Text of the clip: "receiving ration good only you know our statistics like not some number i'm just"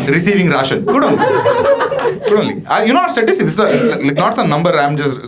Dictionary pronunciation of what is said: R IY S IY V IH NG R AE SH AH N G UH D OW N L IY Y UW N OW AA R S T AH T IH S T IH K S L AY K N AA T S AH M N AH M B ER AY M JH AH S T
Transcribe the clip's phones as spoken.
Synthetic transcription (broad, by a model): R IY S IY V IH NG R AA SH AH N G UH D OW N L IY Y UW N OW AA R S T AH T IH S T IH S L AY K N AA T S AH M N AH M B ER AY M JH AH S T